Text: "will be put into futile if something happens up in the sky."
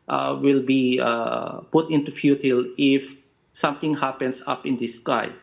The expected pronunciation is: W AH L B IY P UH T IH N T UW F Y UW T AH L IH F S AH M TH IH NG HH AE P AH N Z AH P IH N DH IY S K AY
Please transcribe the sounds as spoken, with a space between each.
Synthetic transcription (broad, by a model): W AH L B IY P UH T IH N T UW F Y UW T AH L IH F S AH M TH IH NG HH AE P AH N S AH P IH N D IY S K AY